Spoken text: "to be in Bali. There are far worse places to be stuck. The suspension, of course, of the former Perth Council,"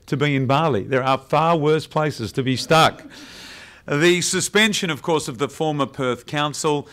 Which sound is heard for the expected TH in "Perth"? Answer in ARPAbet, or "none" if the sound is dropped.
TH